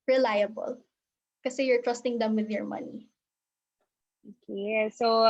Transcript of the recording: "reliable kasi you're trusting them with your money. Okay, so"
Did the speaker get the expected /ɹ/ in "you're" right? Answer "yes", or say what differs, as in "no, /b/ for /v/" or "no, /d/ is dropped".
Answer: yes